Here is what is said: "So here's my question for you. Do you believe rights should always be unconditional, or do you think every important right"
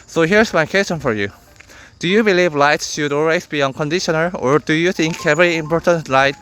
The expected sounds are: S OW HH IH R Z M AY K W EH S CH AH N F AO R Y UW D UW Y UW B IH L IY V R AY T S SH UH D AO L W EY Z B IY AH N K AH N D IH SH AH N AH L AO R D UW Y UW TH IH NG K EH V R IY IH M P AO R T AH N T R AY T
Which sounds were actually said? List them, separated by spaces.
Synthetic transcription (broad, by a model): S OW HH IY R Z M AY K W EH S CH AH N F AO R Y UW D UW Y UW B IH L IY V L AY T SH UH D AO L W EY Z B IY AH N K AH N D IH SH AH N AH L AO R D UW Y UW TH IH NG K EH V R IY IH M P AO R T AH N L AY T